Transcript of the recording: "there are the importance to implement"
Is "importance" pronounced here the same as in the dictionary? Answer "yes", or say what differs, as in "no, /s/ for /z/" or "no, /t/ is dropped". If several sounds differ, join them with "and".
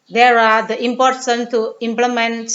no, /s/ is dropped